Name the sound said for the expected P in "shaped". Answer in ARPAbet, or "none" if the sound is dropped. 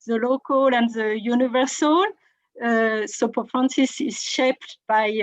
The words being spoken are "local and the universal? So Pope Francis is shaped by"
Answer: P